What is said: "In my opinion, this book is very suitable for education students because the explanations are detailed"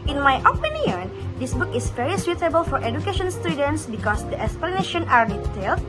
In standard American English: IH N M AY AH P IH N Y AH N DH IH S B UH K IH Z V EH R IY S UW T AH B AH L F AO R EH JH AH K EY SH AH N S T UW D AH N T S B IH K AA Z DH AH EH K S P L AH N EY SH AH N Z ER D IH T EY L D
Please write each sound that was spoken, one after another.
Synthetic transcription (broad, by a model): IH N M AY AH P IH N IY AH N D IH S B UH K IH S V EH R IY S UW T AH B AH L F AO R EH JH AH K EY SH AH N S T UW D AH N T S B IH K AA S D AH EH K S P L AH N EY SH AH N AA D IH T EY L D